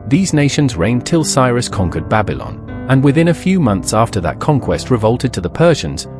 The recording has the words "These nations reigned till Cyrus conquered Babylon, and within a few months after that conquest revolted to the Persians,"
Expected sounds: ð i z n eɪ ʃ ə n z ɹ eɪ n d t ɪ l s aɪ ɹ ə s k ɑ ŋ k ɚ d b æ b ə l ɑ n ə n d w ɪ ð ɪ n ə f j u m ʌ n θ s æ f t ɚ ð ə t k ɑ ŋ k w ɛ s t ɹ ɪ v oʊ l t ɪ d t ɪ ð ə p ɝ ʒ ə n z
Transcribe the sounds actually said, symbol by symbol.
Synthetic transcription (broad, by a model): ð i z n eɪ ʃ ə n z ɹ eɪ n t ɪ l s aɪ ɹ ə s k ɑ ŋ k ɚ d b æ b ə l ɑ n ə n w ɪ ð ɪ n ə f j u m ʌ n θ s æ f t ɚ ð ə t k ɑ ŋ k w ɛ s t ɹ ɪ v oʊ l t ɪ d t ɪ ð ə p ɝ ʒ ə n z